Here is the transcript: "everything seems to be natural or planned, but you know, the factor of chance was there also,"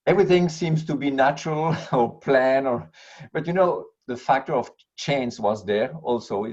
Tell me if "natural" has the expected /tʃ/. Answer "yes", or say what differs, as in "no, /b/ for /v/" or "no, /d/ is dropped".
yes